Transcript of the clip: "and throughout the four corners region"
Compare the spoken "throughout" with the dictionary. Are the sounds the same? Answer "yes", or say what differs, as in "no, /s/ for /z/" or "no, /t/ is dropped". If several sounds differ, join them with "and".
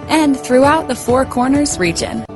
yes